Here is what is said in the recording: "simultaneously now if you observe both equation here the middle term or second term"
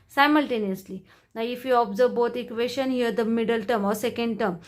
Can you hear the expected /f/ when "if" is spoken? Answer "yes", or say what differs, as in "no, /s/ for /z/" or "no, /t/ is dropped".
yes